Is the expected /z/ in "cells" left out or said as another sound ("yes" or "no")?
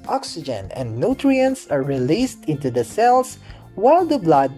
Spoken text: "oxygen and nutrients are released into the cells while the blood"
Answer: yes